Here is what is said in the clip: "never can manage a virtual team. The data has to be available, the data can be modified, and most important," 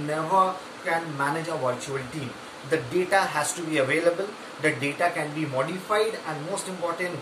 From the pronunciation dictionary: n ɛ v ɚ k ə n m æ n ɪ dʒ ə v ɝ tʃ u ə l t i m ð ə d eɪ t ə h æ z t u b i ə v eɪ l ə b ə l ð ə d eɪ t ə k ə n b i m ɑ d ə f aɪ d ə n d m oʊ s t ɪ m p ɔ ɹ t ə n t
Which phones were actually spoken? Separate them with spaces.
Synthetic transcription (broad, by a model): n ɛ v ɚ k ə n m æ n ɪ dʒ ə v ɝ tʃ u ə l t i m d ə d eɪ t ə h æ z t u b i ə v eɪ l ə b ə l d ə d eɪ t ə k ə n b i m ɑ d ə f aɪ d ə n d m oʊ s t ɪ m p ɔ ɹ t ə n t